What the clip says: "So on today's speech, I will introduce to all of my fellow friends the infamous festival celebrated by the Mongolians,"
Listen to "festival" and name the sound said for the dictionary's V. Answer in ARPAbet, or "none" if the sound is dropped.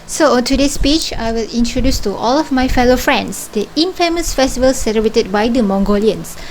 V